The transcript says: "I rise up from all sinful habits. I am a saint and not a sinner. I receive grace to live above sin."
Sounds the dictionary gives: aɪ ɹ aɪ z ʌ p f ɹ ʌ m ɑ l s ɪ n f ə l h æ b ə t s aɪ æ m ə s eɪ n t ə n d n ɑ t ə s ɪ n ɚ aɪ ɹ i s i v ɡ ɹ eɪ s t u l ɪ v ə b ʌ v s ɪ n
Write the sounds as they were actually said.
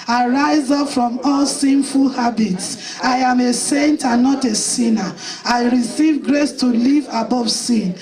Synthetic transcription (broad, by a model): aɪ ɹ aɪ z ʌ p f ɹ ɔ m ɑ l s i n f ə l h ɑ b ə t s aɪ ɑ m ə s eɪ n t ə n n ɑ t ə s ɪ n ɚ aɪ ɹ i s i v ɡ ɹ eɪ s t u l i v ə b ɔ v s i n